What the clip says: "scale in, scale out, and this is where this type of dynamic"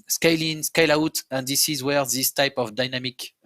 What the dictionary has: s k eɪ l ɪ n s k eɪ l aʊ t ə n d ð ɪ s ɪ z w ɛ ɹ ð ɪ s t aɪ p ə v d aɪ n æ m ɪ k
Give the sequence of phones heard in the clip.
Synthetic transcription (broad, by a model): s k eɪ l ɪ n s k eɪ l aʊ t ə n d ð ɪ s ɪ z w ɛ ɹ ð ɪ s t aɪ p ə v d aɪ n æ m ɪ k